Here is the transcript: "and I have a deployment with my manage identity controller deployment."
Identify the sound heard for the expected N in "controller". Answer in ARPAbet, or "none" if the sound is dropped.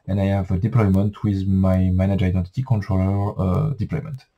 N